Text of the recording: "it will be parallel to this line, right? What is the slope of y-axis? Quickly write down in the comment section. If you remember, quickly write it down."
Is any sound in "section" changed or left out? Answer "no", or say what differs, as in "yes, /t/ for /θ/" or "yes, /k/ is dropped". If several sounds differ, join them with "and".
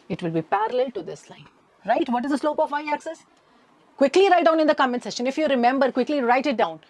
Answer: yes, /k/ is dropped